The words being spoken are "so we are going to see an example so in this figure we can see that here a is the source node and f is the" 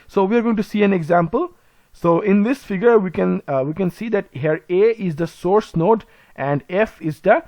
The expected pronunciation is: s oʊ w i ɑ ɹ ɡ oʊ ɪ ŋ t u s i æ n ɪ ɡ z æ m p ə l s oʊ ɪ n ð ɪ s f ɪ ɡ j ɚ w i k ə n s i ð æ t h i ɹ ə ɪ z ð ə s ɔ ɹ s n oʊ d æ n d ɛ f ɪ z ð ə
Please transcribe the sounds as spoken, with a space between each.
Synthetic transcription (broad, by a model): s oʊ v i ɑ ɹ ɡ oʊ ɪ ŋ t u s i æ n ɪ ɡ z æ m p ə l s oʊ ɪ n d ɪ s f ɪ ɡ j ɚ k i k ə n s i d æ t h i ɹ ə ɪ z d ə s ɔ ɹ s n oʊ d æ n d ɛ f ɪ z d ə